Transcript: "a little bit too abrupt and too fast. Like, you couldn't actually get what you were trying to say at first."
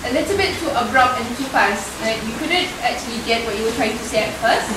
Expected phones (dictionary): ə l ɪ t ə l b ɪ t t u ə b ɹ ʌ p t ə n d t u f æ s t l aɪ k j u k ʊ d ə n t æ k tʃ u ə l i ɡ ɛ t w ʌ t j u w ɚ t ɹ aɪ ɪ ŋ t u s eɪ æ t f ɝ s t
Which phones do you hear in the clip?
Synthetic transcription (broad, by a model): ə l ɪ t ə l b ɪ t t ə b ɹ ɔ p ə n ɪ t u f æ s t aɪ j u k ʊ d ə n t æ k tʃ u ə l i ɡ ɛ t w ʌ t j u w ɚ t ɹ aɪ ɪ ŋ t u s eɪ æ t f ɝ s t